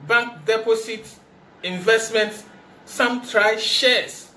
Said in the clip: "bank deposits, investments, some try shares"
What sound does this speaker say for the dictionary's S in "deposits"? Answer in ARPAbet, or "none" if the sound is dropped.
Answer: none